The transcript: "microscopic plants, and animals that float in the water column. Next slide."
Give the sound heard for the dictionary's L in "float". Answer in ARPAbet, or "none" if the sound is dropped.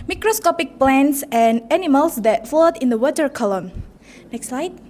none